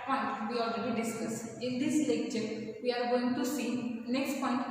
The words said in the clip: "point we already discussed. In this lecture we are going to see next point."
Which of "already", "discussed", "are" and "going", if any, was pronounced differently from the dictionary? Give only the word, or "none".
discussed